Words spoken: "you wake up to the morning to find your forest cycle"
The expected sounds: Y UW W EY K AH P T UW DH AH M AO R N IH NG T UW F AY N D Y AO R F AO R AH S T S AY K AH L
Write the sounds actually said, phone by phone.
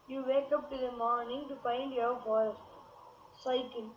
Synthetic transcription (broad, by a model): Y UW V EY K AH P T UW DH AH M AO R N IH NG T UW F AY N D Y AO R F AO AH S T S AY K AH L